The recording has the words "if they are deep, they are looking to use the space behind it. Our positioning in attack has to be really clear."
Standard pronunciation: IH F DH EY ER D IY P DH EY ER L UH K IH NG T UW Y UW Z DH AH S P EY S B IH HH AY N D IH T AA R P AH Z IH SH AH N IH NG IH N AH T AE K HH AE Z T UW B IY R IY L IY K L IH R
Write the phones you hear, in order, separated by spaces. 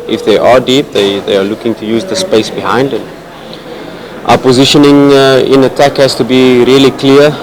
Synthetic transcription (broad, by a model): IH F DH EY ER D IY P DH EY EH L UH K IH NG T UW Y UW Z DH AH S P EY S B IH HH AY N D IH T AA P AH Z IH SH AH N IH NG IH N AH T AE K HH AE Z T UW B IY R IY L IY K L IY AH